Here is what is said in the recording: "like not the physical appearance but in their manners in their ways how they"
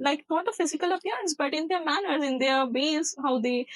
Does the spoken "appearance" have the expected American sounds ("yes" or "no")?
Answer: yes